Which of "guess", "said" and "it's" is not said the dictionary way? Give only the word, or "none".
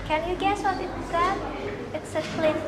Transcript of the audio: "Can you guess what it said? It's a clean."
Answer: said